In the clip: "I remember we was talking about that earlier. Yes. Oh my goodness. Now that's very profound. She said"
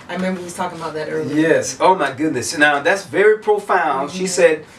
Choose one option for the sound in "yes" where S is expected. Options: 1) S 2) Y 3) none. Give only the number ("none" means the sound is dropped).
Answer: 1